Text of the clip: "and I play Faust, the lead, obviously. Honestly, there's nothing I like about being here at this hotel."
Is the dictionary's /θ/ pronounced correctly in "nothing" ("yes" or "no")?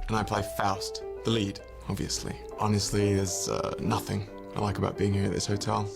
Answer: yes